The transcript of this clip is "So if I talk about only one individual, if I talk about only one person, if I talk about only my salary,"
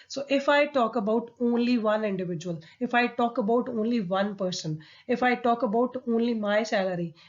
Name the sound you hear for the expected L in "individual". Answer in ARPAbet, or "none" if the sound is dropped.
L